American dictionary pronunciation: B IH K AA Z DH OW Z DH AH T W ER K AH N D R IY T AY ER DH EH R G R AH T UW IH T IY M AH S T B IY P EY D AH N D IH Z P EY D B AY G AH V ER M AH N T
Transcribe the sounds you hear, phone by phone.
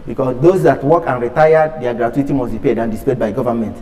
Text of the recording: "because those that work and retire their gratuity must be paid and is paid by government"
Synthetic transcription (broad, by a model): B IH K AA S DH OW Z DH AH T W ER K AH N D R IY T AY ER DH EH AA G R AH T UW IH T IY M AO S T B IY P EY D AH N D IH S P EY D B AY G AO V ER M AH N T